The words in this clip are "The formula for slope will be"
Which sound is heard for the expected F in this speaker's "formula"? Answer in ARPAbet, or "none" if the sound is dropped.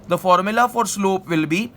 F